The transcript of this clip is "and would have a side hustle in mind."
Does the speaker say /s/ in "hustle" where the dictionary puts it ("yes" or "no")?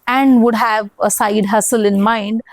yes